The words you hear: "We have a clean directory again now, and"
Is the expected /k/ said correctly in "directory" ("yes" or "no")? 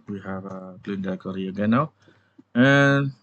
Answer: no